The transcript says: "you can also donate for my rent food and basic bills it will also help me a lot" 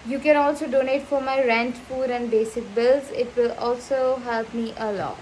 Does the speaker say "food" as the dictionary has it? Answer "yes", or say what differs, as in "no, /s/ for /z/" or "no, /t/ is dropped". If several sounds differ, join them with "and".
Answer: no, /p/ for /f/